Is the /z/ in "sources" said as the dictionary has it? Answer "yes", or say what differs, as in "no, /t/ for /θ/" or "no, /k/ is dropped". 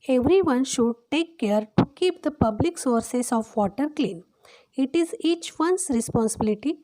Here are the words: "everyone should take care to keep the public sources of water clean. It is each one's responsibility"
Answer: no, /s/ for /z/